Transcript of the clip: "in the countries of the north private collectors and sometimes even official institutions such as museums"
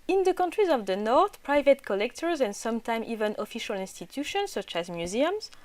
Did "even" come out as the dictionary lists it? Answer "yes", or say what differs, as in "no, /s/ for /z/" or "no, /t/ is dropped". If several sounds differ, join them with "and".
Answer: yes